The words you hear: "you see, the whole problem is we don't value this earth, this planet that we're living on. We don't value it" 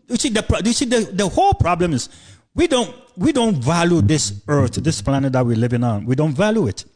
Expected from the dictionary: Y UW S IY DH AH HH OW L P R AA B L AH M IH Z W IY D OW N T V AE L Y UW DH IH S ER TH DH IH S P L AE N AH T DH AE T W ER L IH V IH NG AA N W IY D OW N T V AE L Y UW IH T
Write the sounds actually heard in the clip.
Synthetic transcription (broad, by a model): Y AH S IY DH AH HH OW L P R AA B L AH M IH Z W IY D OW N T V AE L Y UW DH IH S ER TH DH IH S P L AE N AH T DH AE T W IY L IH V IH NG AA N W IY D OW N T V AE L Y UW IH T